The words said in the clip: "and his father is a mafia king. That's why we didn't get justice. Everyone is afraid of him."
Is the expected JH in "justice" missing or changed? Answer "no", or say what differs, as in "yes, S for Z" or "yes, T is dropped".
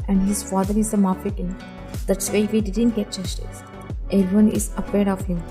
yes, CH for JH